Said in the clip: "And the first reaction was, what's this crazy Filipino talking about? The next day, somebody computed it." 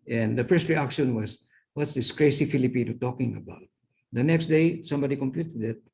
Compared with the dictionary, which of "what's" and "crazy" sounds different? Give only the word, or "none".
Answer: crazy